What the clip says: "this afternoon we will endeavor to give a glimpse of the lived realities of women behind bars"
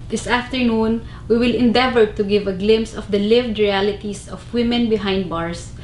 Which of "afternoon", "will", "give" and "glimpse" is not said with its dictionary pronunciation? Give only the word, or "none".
glimpse